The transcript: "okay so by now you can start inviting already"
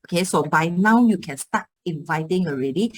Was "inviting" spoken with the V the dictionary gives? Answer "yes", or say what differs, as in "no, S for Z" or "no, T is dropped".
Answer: yes